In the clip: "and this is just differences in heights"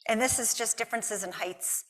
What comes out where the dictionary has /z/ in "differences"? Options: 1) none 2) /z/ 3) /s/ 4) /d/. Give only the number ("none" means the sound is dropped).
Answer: 2